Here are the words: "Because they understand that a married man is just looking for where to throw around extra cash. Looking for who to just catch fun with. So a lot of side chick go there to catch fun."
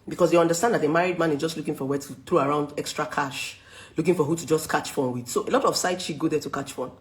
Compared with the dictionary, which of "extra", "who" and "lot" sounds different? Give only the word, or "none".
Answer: none